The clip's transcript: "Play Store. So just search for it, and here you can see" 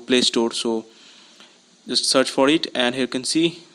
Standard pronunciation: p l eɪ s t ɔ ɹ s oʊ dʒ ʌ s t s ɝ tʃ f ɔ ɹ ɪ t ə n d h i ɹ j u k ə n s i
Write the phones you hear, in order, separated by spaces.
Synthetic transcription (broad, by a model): p l eɪ s t ɔ ɹ s oʊ dʒ ʌ s t s ɝ tʃ f ɔ ɹ ɪ t ə n d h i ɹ k ə n s i